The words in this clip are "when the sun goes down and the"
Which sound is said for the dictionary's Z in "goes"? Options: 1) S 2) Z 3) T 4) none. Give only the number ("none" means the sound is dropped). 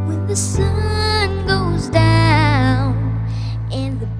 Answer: 2